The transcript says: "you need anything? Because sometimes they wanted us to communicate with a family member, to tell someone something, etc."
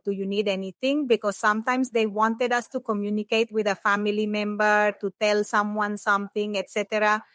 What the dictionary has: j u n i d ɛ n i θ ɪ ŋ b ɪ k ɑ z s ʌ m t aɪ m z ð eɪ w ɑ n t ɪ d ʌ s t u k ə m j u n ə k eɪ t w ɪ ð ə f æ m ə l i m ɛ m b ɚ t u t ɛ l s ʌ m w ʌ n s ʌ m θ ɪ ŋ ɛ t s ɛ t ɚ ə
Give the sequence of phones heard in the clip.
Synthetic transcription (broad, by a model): j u n i d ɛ n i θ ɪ ŋ b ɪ k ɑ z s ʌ m t aɪ m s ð eɪ w ɑ n t ɪ d ʌ s t u k ə m j u n ə k eɪ t w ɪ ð ə f æ m ə l i m ɛ m b ɚ t u t ɛ l s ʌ m w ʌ n s ʌ m θ ɪ ŋ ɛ t s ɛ t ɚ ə